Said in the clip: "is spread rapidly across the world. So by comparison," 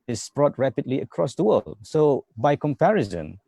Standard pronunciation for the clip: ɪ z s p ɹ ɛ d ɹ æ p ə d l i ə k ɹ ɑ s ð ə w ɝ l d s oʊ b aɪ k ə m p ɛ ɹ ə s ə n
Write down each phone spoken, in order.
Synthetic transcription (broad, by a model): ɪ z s b ɹ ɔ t ɹ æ p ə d l i ə k ɹ ɑ s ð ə w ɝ l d s oʊ b aɪ k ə m p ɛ ɹ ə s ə n